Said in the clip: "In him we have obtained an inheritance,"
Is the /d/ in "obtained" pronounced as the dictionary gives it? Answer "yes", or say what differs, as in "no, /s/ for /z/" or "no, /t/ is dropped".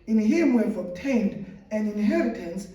yes